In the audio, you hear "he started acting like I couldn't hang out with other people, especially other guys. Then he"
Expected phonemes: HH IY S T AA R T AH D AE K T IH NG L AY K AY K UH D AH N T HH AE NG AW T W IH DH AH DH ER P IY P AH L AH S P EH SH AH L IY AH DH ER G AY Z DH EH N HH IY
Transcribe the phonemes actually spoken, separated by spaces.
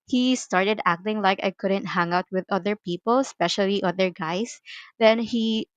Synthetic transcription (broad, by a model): HH IY S T AA R T AH D AE K T IH NG L AY K AY K UH D AH N T HH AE NG AW T W IH DH AH DH ER P IY P AH L S P EH SH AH L IY AH DH ER G AY S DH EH N HH IY